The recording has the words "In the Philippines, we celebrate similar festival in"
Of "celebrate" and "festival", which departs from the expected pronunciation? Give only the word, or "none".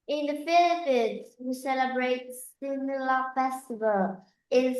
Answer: none